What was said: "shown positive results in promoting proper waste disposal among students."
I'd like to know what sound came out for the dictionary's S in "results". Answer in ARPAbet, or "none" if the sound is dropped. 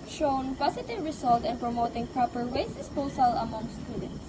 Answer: none